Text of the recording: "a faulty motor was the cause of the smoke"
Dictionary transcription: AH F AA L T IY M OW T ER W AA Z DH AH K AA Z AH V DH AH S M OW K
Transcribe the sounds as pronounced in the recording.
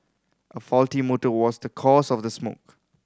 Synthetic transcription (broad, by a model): AH F AA L T IY M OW T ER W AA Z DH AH K AA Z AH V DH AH S M OW K